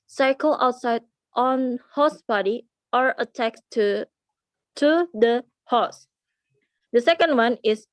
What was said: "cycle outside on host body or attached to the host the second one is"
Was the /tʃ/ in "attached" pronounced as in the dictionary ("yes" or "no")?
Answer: no